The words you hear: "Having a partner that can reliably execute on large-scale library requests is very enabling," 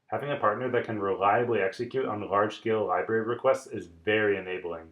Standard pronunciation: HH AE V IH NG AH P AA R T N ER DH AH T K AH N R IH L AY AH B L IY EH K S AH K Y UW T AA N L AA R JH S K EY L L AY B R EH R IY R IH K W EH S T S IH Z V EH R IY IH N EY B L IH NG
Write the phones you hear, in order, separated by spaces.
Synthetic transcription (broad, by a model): HH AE V IH NG AH P AA R T N ER DH AH T K AH N R IH L AY AH B L IY EH K S AH K Y UW T N L AA R JH S K EY L L AY B R EH R IY R IH K W EH S T S IH Z V EH R IY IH N EY B L IH NG